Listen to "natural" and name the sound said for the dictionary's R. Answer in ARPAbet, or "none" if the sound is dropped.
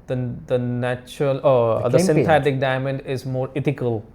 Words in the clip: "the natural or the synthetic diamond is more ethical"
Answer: R